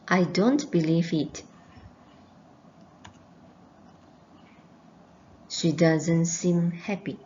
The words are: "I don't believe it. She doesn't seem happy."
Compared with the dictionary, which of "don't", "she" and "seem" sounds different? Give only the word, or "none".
none